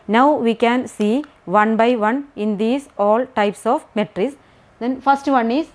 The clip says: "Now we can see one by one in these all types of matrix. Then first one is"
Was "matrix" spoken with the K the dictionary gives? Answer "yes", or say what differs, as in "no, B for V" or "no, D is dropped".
no, K is dropped